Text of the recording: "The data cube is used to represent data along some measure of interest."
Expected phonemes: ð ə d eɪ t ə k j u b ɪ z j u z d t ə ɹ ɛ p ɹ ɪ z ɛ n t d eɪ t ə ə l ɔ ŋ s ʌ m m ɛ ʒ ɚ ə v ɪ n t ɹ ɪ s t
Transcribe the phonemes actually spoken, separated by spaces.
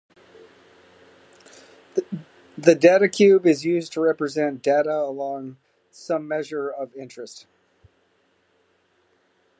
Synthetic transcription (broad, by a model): ð ə d eɪ t ə k j u b ɪ z j u z t ə ɹ ɛ p ɹ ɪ z ɛ n d eɪ t ə ə l ɔ ŋ s ʌ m m ɛ ʒ ɚ ə v ɪ n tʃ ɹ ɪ s t